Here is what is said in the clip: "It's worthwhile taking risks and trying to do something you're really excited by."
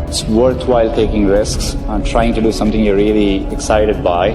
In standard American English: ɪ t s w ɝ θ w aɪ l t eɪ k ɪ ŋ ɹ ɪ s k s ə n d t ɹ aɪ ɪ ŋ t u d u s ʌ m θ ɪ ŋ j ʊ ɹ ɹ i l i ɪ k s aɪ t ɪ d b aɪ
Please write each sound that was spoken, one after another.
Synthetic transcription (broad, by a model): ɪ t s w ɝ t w aɪ l t eɪ k ɪ ŋ ɹ ɪ s k s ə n t ɹ aɪ ɪ ŋ t u d u s ʌ m t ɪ ŋ j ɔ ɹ ɹ i l i ɪ k s aɪ t ɪ d b aɪ